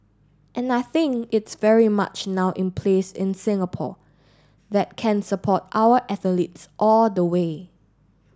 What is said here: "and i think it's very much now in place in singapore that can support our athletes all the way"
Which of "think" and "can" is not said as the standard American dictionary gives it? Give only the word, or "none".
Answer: none